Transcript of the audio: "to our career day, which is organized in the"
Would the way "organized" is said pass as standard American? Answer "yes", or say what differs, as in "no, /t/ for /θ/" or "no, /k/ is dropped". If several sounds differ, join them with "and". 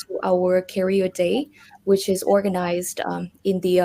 yes